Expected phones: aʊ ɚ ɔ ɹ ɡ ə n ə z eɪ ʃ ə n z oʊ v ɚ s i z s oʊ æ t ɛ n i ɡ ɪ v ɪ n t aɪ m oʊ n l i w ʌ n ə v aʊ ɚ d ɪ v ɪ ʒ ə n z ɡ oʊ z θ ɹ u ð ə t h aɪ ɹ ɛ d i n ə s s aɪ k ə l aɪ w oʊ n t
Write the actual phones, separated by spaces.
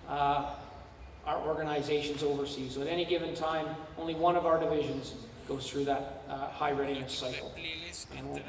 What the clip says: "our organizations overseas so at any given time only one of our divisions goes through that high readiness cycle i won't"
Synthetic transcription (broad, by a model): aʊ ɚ ɔ ɹ ɡ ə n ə z eɪ ʃ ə n z oʊ v ɚ s i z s oʊ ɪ t ɛ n i ɡ ɪ v ɪ n t aɪ m oʊ n l i w ʌ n ə v aʊ ɚ d ɪ v ɪ ʒ ə n z ɡ oʊ z θ ɹ u ð ə t h aɪ ɹ ɛ d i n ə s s aɪ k l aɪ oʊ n